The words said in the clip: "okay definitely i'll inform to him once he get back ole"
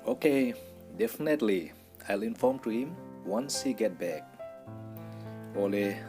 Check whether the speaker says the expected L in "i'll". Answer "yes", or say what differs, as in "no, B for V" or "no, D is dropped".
yes